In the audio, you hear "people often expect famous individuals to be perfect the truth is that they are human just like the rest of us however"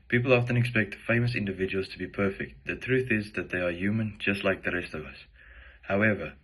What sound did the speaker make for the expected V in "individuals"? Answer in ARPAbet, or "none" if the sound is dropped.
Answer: V